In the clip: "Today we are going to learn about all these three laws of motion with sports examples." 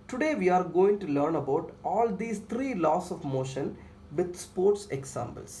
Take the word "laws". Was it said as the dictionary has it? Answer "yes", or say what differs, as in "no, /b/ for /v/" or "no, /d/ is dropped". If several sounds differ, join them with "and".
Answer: no, /s/ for /z/